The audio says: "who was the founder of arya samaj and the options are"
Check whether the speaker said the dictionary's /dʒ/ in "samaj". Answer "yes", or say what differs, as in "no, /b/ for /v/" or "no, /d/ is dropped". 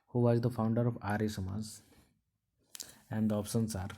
no, /z/ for /dʒ/